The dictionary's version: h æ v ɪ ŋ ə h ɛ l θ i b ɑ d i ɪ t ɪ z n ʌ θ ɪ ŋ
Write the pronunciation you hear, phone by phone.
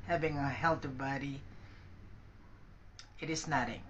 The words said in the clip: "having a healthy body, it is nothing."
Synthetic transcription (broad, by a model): h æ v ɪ ŋ ə h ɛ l t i b ɑ d i ɪ t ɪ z n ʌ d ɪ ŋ